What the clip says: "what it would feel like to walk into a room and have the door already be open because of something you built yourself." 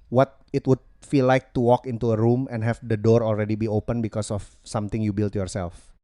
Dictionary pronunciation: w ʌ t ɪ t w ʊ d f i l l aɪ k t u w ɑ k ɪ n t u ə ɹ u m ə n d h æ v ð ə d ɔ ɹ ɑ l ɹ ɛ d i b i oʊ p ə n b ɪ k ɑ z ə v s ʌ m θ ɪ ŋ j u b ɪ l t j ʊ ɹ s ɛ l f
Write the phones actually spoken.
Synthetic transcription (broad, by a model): w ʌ t ɪ t w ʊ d f i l l aɪ k t u w ɑ k ɪ n t u ə ɹ u m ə n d h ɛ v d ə d ɔ ɹ ɑ l ɹ ɛ d i b i oʊ p ə n b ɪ k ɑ s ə f s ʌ m t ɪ ŋ j u b ɪ l t j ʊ ɹ s ɛ l f